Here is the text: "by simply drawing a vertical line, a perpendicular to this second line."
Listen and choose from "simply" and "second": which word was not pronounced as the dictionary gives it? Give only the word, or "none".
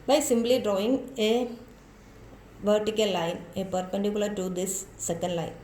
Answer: simply